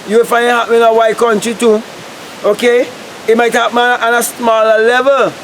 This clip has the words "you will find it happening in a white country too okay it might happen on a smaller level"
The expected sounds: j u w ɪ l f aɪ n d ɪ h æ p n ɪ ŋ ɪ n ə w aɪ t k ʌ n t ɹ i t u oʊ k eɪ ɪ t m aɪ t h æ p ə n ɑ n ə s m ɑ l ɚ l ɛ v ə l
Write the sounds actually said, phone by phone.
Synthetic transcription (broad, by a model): j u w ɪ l f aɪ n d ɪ h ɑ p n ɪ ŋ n ə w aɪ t k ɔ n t i t u oʊ k eɪ ɪ t m aɪ t h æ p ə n ɑ n ə s m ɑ l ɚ l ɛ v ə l